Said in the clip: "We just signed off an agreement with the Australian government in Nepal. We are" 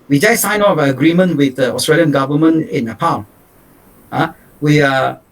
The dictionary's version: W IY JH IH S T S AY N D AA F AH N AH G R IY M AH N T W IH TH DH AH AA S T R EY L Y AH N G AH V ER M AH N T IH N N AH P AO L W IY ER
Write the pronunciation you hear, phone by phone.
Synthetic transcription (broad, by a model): W IY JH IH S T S AY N AA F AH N AH G R IY M AH N T W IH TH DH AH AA S T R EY L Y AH N G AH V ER M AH N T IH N N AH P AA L W IY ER